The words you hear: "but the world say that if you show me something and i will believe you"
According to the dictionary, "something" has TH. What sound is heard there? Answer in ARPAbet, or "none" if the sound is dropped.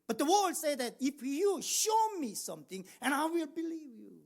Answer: T